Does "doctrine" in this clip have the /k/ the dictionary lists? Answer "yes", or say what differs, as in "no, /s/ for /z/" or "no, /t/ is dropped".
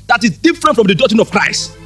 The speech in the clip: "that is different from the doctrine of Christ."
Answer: no, /k/ is dropped